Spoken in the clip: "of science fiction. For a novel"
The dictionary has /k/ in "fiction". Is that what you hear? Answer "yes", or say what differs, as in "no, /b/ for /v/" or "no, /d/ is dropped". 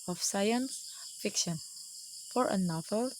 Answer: yes